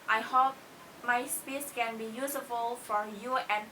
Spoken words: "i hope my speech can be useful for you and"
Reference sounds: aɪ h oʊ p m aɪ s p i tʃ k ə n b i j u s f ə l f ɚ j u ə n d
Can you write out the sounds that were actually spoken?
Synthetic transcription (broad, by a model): aɪ h oʊ p m aɪ s p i s k ə n b i j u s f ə l f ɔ j u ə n